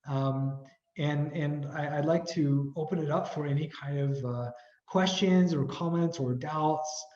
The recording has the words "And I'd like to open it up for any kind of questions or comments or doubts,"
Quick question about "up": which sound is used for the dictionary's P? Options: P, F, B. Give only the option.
P